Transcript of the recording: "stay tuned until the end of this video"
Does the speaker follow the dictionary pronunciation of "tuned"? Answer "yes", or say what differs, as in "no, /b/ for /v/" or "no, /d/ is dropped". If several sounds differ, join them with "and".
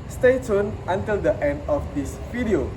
no, /d/ is dropped